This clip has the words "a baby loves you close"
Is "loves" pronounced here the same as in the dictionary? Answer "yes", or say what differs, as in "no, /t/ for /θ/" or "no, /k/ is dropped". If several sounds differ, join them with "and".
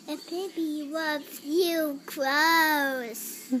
no, /w/ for /l/ and /z/ is dropped